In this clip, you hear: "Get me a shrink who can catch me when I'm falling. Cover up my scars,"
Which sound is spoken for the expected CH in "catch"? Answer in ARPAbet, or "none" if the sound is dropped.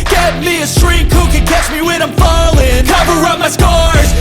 CH